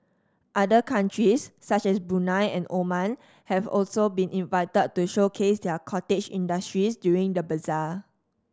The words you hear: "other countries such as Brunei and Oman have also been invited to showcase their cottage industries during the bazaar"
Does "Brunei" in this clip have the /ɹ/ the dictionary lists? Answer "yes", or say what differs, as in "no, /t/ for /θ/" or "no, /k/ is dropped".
no, /ɹ/ is dropped